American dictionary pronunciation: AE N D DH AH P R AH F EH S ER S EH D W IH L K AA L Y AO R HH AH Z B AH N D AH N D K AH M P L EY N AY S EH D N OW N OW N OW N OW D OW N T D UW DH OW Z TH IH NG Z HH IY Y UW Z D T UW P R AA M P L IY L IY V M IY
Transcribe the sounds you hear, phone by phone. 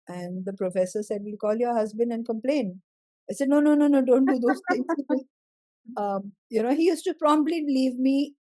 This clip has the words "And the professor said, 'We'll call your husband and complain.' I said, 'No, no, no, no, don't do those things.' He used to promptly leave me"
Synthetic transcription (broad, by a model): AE N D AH P R AH F EH S ER S EH D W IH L K AA L Y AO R HH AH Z B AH N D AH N K AH M P L EY N AY S EH D N OW N OW N OW N OW D OW N T D UW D OW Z T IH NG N HH IY Y UW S T UW P R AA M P L IY L IY V M IY